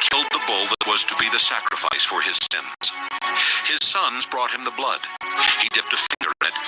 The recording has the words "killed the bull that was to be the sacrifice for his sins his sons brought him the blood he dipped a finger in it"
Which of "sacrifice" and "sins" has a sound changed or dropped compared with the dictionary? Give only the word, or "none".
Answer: none